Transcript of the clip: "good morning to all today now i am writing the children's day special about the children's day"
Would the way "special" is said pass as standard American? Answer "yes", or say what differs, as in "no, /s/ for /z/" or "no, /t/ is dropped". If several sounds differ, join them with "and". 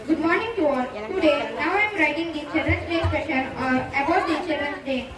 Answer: no, /n/ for /l/